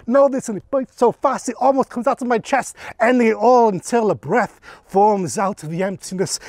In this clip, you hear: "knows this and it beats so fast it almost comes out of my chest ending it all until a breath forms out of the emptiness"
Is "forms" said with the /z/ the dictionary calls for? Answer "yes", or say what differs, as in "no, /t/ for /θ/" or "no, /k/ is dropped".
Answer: yes